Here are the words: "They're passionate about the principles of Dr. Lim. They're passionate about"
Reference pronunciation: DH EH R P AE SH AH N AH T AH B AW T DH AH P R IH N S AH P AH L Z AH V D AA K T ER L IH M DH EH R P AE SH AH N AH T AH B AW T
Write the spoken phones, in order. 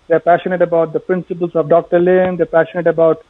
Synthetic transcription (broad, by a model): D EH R P AE SH AH N AH T AH B AW T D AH P R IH N S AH P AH L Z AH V D AA K T ER L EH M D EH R P AE SH AH N AH T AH B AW T